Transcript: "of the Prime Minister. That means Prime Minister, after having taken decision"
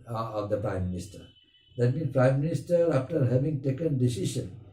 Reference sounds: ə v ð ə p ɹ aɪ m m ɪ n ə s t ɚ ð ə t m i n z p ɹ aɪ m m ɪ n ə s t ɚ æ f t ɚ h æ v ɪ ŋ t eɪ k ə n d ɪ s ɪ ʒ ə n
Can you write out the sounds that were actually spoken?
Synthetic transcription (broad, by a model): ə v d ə p ɹ aɪ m m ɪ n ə s t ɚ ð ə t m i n p ɹ aɪ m m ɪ n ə s t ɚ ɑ f t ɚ h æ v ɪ ŋ t eɪ k ə n d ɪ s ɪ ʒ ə n